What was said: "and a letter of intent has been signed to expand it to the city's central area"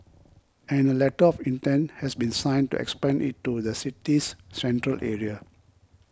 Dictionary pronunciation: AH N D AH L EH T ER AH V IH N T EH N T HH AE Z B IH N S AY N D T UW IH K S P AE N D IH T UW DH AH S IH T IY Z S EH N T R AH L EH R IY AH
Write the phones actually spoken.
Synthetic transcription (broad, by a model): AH N AH L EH T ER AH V IH N T EH N T HH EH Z B IH N S AY N T UW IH K S P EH N IH T UW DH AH S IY T IY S EH N T R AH L EH R IY AH